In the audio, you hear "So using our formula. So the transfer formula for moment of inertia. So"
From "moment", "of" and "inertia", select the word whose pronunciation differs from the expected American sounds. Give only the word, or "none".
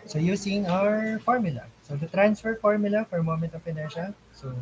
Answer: of